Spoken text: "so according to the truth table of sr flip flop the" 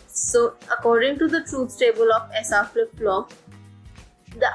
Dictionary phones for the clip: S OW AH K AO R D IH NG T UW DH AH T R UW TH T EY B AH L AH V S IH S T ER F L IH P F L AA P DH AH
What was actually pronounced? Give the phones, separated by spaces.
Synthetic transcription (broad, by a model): S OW AH K AO R D IH NG T UW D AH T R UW S T EY B AH L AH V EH S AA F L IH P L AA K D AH